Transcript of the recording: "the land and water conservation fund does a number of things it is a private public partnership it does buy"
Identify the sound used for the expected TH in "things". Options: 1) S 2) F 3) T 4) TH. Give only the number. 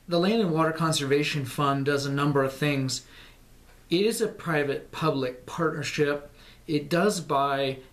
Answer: 4